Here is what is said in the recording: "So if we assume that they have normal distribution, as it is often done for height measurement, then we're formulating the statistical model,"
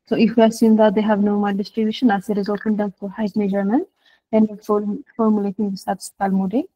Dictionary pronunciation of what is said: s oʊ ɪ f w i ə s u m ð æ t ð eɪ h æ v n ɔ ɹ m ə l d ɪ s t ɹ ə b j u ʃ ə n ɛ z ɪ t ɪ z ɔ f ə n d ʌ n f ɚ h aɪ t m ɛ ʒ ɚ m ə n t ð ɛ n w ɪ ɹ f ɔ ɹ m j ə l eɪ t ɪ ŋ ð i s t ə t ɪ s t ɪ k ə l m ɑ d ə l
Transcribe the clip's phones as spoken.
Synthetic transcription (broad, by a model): s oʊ ɪ f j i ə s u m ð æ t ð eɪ h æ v n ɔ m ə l d ɪ s t ɹ ə b j u ʃ ə n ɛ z ɪ t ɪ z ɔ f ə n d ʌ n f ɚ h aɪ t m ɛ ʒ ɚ m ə n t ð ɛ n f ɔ l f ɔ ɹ m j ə l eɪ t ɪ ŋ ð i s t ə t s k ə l m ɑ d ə